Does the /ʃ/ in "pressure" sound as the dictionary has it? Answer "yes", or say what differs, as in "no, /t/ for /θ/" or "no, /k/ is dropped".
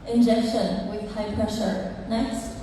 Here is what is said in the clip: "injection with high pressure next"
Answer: yes